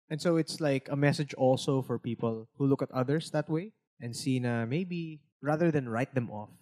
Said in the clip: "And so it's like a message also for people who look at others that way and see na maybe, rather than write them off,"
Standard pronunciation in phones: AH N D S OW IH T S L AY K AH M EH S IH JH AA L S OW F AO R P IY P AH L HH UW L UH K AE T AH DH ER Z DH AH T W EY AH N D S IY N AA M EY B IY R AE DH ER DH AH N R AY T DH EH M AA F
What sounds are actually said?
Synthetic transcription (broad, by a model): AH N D S OW IH T S L AY K AH M EH S IH JH AA L S OW F AO R P IY P AH L HH UW L UH K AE T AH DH ER S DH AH T W EY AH N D S IY N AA M EY B IY R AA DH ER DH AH N R AY T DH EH M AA F